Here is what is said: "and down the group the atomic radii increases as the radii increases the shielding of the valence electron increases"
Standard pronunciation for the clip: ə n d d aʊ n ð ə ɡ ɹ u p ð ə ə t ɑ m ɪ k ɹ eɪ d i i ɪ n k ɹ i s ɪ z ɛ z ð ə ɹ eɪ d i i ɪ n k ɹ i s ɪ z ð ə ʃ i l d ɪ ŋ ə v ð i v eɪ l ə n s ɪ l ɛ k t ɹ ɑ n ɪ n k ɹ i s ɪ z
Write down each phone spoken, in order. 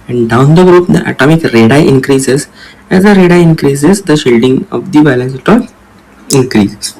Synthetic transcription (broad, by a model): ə n d d aʊ n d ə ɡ ɹ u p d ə ə t ɑ m ɪ k ɹ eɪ d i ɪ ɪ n k ɹ i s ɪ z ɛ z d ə ɹ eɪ d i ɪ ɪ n k ɹ i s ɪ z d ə ʃ i l d ɪ ŋ ə v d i b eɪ l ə n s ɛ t ɑ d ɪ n k ɹ i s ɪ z